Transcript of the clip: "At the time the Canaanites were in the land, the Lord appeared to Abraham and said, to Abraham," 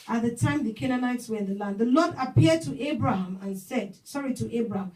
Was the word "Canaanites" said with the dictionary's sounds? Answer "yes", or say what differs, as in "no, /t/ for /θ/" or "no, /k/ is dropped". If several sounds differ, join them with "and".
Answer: yes